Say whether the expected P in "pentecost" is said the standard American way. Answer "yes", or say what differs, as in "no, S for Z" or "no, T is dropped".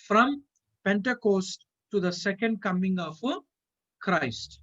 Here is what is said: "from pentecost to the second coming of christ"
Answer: yes